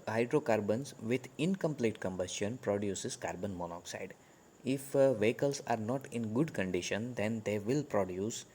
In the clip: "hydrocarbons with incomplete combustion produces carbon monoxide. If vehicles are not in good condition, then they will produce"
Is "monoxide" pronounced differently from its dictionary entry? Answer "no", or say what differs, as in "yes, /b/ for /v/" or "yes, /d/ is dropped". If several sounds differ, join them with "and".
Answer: no